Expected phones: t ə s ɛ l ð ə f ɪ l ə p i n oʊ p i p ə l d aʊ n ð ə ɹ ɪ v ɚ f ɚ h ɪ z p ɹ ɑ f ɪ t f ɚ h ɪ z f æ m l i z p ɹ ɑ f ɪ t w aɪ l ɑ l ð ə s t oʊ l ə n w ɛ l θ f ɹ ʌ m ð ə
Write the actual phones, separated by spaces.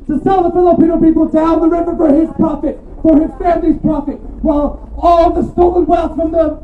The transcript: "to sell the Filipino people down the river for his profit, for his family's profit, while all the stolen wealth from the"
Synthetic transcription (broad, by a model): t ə s ɛ l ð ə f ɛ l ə p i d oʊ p i p l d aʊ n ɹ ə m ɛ b ɚ f ɚ ɪ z p ɹ ɑ f ɪ t f ɚ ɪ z f æ m l i z p ɹ ɑ f ɪ t w aɪ l ɑ l ð ə s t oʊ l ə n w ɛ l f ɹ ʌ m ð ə